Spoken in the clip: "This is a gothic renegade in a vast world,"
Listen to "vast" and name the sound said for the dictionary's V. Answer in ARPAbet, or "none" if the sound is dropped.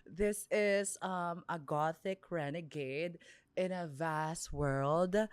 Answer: V